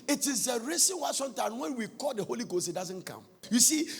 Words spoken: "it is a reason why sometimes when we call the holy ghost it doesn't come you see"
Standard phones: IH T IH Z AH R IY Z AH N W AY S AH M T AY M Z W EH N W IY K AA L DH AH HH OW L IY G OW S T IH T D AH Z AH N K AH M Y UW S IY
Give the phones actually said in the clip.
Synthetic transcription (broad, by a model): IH T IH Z AH R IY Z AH N W AY S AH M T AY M W EH N W IY K AA L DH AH HH OW L IY G OW S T IH T D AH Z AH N K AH M Y UW S IY